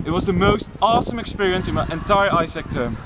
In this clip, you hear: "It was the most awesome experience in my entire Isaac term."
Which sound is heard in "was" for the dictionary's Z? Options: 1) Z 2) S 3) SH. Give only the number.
1